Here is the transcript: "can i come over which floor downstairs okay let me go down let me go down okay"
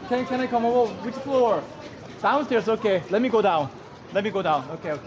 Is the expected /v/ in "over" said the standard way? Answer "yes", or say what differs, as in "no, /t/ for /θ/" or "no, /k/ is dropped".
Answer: no, /v/ is dropped